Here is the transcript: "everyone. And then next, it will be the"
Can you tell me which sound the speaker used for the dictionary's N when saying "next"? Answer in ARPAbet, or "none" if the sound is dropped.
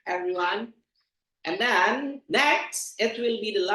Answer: N